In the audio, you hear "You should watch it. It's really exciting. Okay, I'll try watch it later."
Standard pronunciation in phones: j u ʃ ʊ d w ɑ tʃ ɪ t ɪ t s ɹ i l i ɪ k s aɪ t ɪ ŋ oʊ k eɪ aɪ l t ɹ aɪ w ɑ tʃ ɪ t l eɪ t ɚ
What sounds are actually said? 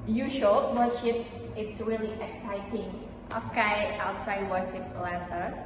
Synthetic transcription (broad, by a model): j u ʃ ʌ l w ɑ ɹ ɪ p ɪ t s ɹ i l i ɪ k s aɪ t ɪ ŋ oʊ k eɪ aɪ l t ɹ aɪ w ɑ ʃ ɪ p l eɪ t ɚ